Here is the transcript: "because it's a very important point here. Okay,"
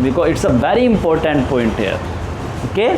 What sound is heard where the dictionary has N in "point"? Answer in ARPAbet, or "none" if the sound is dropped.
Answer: N